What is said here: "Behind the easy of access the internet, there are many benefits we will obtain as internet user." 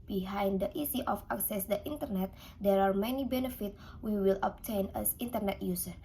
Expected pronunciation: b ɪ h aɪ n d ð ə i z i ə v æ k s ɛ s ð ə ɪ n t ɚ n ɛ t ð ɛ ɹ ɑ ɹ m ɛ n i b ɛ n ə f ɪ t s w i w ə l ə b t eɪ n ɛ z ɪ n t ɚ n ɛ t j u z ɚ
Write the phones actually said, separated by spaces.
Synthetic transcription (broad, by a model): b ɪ h aɪ n d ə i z i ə f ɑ k s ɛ s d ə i n t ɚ n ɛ t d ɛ ɹ ɑ ɹ m ɛ n i b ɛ n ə f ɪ t w i w ə l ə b t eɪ n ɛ s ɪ n t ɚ n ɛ t j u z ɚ